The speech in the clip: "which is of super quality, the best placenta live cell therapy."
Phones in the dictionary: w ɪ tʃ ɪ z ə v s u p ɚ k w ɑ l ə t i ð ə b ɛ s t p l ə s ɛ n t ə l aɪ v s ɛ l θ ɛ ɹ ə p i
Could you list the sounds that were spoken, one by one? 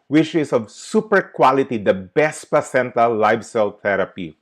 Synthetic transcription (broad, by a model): w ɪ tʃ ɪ s ə v s u p ɚ k w ɑ l ə t i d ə b ɛ s t p ə s ɛ n t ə l aɪ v s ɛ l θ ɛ ɹ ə p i